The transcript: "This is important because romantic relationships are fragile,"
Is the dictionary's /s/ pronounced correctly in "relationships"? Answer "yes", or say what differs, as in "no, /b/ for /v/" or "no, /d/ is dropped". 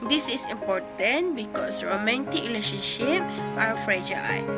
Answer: no, /s/ is dropped